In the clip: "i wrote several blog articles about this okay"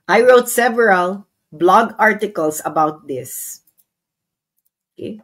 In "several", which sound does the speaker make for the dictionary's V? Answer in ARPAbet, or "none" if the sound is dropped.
V